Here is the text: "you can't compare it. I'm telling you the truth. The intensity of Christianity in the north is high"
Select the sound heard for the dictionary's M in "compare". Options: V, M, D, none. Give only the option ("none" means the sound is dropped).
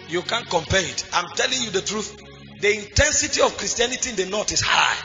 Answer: M